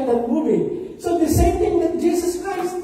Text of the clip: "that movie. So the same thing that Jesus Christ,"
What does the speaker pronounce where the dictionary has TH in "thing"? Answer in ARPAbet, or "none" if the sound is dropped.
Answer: T